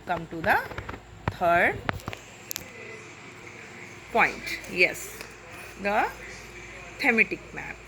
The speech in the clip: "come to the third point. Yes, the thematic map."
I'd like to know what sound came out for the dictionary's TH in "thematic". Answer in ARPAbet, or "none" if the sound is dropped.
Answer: T